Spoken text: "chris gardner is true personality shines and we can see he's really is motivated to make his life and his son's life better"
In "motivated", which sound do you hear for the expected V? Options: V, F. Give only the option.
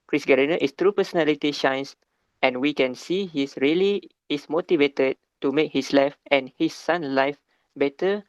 V